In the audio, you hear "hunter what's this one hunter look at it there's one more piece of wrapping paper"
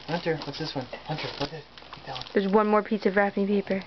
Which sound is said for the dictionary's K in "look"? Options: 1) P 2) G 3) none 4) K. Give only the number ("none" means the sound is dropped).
3